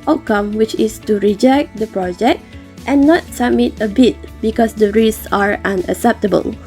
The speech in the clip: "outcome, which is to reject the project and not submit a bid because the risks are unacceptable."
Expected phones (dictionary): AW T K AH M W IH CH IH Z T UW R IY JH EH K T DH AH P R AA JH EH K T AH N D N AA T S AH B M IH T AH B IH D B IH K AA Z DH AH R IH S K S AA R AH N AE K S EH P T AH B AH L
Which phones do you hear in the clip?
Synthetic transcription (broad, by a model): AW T K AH M W IH CH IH S T UW R IY JH EH K T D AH P R AA JH EH K T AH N N AA T S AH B M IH T AH B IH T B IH K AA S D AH R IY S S AA R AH N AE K S EH P T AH B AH L